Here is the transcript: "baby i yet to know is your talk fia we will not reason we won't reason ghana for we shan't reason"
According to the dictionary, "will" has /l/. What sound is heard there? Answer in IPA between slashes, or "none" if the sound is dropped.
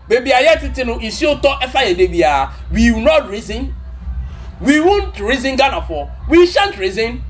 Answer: /w/